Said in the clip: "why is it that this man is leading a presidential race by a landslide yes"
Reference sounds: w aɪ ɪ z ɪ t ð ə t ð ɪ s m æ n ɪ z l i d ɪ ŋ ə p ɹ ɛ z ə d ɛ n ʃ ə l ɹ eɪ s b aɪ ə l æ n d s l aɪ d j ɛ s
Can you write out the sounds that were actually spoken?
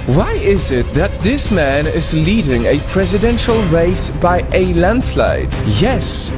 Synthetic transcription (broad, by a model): w aɪ ɪ z ɪ t ð ə t ð ɪ s m æ n ɪ z l i d ɪ ŋ ə p ɹ ɛ z ə d ɛ n ʃ ə l ɹ eɪ s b aɪ ə l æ n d s l aɪ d j ɛ s